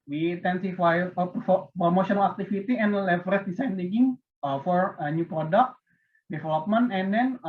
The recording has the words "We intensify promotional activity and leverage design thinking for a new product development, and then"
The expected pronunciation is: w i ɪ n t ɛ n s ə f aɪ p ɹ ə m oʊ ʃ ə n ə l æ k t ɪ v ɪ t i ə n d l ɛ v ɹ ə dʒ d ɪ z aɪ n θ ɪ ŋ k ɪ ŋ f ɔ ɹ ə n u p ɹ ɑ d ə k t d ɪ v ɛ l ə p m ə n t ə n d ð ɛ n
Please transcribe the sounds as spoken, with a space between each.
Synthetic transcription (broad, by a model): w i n t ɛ n s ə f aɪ p ɹ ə m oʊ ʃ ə n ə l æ k t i f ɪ t i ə n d l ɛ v ɹ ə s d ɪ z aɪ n t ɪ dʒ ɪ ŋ f ɔ ɹ ə n u p ɹ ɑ d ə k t d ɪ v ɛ l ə p m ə n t ə n d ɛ n